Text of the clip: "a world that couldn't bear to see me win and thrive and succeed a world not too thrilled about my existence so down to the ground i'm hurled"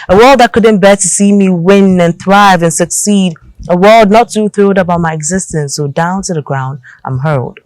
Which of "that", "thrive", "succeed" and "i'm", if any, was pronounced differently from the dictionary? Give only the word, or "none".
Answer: none